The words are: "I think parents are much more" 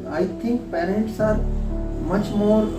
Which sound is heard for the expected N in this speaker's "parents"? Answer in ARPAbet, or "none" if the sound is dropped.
N